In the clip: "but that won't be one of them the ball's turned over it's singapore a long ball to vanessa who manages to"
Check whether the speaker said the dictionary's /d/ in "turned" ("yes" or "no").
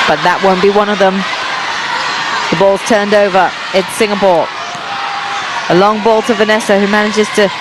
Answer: yes